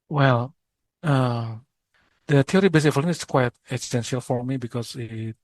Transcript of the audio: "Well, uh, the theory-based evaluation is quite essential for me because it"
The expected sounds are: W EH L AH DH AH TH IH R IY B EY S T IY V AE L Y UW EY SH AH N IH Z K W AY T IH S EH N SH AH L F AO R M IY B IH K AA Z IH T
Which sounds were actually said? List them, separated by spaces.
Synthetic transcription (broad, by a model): W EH L AH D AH T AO R IY B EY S IY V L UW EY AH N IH S K W AY T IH S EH N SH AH L F AO R M IY B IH K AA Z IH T